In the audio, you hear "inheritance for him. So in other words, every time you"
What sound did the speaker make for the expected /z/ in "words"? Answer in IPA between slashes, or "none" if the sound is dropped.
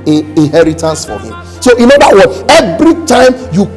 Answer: none